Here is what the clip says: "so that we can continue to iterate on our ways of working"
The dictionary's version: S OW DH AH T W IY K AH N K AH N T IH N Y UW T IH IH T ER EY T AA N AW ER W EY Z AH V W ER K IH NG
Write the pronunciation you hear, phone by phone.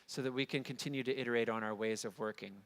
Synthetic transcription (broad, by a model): S OW DH AH T W IY K AH N K AH N T IH N Y UW T IH IH T ER EY T N AW ER W EY Z AH V W ER K IH NG